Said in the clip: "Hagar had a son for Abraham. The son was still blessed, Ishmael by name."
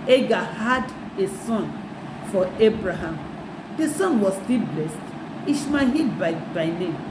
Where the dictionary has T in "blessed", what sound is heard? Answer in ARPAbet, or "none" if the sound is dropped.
T